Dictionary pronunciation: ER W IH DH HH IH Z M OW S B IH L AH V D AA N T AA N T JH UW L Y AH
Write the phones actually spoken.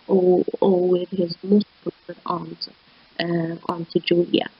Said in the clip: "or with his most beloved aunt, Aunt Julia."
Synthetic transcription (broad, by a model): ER W IH DH HH IH Z M OW S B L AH D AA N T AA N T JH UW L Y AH